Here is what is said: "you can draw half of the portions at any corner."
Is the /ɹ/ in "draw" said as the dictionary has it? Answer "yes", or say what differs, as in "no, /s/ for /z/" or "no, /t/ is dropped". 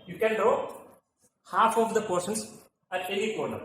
no, /ɹ/ is dropped